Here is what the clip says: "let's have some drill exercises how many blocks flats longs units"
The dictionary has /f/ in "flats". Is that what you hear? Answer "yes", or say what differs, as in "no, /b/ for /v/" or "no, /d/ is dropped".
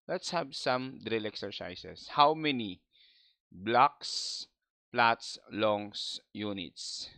no, /p/ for /f/